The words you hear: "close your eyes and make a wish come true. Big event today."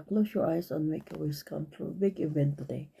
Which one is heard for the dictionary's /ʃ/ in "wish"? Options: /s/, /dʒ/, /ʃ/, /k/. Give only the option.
/s/